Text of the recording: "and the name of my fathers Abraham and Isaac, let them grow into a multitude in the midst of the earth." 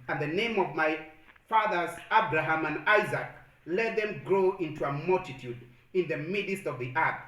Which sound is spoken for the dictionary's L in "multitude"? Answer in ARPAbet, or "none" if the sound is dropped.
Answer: L